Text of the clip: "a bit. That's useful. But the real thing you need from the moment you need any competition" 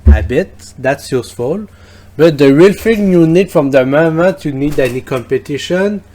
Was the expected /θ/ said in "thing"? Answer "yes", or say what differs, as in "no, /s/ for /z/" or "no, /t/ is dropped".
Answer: no, /f/ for /θ/